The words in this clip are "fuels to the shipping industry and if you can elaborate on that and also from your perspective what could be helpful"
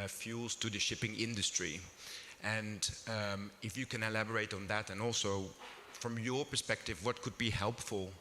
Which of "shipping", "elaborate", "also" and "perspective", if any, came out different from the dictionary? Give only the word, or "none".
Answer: none